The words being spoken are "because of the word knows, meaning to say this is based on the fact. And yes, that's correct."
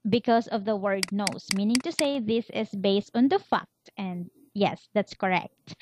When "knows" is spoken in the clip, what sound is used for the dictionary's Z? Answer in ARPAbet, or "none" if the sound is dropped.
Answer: S